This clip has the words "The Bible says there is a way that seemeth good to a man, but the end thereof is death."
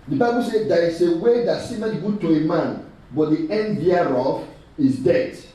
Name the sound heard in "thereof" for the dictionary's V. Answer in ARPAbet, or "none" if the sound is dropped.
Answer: F